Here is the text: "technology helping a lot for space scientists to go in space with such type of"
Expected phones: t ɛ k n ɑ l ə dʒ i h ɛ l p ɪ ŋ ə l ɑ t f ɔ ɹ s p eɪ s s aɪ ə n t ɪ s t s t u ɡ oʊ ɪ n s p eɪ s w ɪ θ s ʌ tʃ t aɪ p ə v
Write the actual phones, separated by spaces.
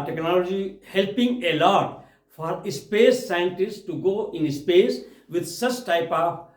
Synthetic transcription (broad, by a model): t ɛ k n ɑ l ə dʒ i h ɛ l p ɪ ŋ ə l ɑ t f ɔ ɹ s p eɪ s s aɪ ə n t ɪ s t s t u ɡ oʊ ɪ n s p eɪ s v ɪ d s ʌ tʃ t aɪ p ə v